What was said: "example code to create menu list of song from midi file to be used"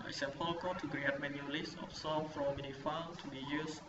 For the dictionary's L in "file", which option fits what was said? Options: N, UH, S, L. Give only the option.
N